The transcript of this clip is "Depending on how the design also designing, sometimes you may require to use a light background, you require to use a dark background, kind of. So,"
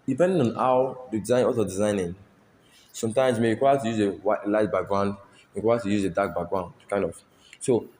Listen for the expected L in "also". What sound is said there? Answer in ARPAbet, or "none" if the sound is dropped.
none